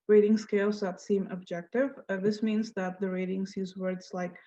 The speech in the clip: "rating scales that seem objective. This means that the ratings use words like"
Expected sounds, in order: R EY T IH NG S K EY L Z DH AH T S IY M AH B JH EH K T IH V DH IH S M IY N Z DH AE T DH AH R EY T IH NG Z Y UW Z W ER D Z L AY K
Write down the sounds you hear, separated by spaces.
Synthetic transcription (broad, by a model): R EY T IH NG S K EY L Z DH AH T S IY M AH B JH EH K T IH V DH IH S M IY N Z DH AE T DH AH R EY T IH NG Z Y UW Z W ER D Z L AY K